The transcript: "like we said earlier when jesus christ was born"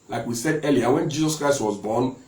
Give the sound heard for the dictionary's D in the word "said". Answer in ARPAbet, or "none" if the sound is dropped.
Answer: D